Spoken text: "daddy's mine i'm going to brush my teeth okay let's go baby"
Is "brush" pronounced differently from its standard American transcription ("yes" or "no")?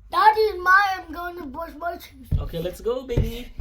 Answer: yes